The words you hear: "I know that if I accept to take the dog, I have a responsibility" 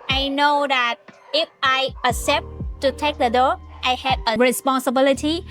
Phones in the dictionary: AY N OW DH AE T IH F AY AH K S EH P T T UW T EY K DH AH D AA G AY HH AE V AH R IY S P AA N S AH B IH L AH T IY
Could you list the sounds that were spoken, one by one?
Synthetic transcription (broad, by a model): AY N OW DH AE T IH F AY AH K S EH P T T UW T EY K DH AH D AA AY HH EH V AH R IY S P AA N S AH B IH L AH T IY